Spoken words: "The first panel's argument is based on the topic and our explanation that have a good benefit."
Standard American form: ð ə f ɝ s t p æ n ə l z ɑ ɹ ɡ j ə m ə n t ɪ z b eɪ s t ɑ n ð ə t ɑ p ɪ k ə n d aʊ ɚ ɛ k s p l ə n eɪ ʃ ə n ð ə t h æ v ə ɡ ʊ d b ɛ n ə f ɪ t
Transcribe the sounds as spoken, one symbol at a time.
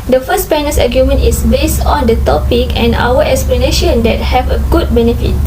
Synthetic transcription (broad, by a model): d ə f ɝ s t p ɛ n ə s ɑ ɡ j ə m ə n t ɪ s b eɪ s t ɑ n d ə t ɑ p ɪ k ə n aʊ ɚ ɛ k s p l ə n eɪ ʃ ə n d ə t h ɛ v ə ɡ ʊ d b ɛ n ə f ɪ t